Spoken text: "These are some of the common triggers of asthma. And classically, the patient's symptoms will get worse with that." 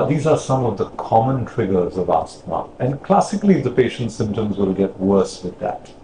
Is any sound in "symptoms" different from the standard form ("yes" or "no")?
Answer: no